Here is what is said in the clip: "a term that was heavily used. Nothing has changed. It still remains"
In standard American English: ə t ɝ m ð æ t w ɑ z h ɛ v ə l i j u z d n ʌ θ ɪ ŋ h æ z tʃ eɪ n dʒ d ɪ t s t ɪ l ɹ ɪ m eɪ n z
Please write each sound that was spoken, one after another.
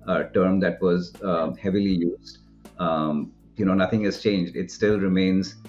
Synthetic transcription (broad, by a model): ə t ɝ m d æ t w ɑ z h ɛ v ə l i j u z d n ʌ t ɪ ŋ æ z tʃ eɪ n dʒ d ɪ t s t ɪ l ɹ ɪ m eɪ n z